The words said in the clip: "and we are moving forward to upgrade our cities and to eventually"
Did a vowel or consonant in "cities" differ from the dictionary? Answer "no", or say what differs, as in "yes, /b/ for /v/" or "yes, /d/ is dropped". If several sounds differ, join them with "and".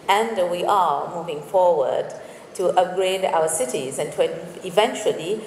no